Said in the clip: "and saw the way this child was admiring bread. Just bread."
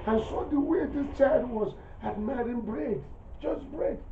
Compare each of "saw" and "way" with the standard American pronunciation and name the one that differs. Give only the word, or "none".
none